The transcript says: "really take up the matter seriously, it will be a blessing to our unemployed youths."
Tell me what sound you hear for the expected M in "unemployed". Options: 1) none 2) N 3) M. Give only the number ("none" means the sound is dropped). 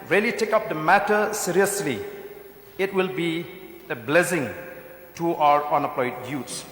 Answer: 1